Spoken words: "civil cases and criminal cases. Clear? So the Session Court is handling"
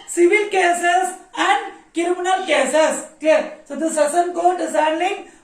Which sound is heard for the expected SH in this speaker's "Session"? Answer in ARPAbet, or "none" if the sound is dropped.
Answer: S